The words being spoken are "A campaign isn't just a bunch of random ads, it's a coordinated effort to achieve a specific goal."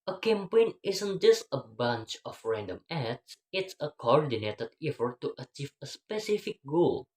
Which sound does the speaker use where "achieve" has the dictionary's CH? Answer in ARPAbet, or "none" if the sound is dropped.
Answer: CH